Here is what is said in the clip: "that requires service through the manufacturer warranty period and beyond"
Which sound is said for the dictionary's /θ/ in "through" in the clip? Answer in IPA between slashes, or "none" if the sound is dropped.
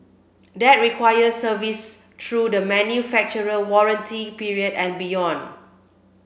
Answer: /t/